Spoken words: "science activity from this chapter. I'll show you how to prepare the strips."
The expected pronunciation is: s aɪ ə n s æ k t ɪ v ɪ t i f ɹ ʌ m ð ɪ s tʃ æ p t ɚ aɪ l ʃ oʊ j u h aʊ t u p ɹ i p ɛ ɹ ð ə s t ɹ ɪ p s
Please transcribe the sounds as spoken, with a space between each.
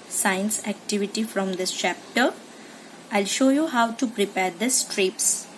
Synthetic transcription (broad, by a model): s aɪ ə n s æ k t ɪ v ɪ t i f ɹ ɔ m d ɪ s tʃ æ p t ɚ aɪ l ʃ oʊ j u h aʊ t u p ɹ i p ɛ ɹ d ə s t ɹ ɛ p s